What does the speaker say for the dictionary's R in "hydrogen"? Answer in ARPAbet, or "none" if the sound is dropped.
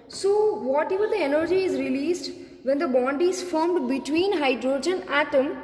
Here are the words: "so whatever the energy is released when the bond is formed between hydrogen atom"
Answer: R